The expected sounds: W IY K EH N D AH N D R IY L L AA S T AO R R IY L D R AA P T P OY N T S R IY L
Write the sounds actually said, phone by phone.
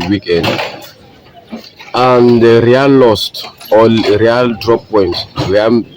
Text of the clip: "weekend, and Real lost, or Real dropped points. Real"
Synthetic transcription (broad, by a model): W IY K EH N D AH N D R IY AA L AA S T AO L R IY L D R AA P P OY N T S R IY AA